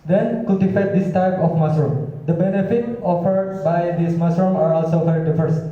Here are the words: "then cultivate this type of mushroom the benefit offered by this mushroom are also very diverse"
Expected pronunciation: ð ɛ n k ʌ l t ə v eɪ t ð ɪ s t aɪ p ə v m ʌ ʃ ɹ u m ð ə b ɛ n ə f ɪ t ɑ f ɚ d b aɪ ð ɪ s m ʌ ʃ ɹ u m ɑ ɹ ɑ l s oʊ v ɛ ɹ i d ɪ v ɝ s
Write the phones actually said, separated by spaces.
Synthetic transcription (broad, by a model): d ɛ n k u t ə f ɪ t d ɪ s t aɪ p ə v m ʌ s ɹ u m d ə b ɛ n ə f ɪ t ɑ f ɚ d b aɪ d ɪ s m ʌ s ɹ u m ɑ ɹ ɑ l s oʊ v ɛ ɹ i d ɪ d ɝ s